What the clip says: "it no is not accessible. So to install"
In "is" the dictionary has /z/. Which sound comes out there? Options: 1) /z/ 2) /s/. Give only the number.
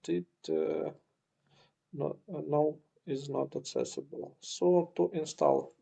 1